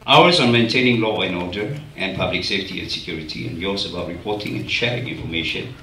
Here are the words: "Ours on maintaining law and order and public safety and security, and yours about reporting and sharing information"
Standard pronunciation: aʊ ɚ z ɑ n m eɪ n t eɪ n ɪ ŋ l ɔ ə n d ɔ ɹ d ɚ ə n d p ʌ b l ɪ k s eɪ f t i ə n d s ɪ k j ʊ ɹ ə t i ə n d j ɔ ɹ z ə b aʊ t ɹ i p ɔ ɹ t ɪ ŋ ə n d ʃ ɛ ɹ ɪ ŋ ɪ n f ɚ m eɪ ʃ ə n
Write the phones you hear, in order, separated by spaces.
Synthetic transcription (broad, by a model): aʊ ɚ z ɑ n m eɪ n t eɪ n ɪ ŋ l ɔ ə n ɔ d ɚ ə n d p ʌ b l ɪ k s eɪ f t i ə n s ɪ k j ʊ ɹ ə t i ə n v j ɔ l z ə b aʊ t ɹ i p ɔ t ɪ ŋ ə n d ʃ ɛ ɹ ɪ ŋ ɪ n f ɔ m eɪ ʃ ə n